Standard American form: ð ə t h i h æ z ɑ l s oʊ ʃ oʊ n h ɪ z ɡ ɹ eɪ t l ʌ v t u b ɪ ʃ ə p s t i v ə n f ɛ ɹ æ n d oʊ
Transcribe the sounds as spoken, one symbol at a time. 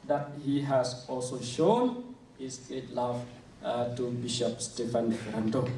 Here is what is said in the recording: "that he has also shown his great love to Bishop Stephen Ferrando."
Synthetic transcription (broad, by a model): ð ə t h i h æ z ɑ l s oʊ ʃ oʊ n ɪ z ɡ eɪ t l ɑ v t u b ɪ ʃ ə p s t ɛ f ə n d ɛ ɹ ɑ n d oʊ